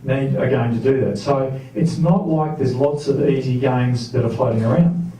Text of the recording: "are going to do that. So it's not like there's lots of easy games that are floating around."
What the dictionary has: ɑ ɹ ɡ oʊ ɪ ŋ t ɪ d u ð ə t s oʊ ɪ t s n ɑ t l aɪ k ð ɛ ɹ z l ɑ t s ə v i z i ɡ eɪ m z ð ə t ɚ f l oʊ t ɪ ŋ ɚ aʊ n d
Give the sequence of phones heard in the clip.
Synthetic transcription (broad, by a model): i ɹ ɡ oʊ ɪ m t ɪ d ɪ ð ə t s oʊ ɪ t s n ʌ t l aɪ k ð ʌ ɹ z l ɑ t s ə v i z i ɡ eɪ m z ð ə t ɚ f l oʊ t ɪ ŋ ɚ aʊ n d